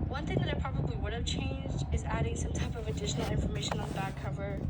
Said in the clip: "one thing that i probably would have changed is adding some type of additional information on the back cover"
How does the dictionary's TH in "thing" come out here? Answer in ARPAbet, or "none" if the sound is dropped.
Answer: TH